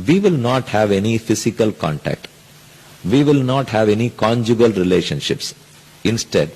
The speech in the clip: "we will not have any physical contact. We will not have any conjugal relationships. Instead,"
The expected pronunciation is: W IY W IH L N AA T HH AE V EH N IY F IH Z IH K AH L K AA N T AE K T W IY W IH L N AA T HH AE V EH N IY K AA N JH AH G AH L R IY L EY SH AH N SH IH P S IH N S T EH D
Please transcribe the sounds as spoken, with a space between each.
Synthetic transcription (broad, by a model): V IY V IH L N AA T HH AE V EH N IY F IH S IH K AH L K AA N T AE K T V IY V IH L N AA T HH AE V EH N IY K AA N JH AH G AH L R IY L EY SH AH N SH IH P S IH N S T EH D